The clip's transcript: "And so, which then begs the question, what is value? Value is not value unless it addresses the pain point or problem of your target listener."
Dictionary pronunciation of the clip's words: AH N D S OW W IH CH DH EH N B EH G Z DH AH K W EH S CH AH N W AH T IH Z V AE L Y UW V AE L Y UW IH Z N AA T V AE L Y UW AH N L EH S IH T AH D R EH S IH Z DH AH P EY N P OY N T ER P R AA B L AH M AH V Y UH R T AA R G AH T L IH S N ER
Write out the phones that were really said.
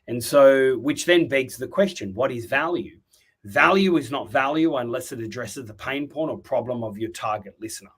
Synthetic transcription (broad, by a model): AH N S OW W IH CH DH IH N B EH G Z DH AH K W EH S CH AH N W AH T IH Z V AE L Y UW V AE L Y UW IH Z N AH T V AE L Y UW AH N L EH S IH T AH D R EH S IH Z DH AH P EY N P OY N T ER P R AA B L AH M AH V Y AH R T AA R G AH T L IH S N ER